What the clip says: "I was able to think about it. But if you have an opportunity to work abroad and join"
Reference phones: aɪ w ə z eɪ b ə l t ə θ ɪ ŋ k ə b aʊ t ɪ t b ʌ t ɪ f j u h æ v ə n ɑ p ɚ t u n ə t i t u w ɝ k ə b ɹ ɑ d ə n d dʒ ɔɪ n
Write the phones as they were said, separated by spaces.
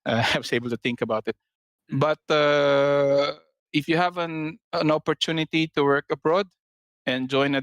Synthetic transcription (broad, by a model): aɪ w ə s eɪ b ə l t ə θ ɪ ŋ k ə b aʊ t ɪ t b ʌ t ɪ f j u h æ v ə n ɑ p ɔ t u n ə t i t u w ɝ k ə b ɹ ɑ d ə n dʒ ɔɪ n